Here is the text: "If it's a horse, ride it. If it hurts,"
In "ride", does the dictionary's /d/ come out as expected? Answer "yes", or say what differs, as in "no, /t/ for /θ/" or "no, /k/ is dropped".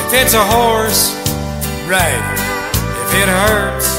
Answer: no, /d/ is dropped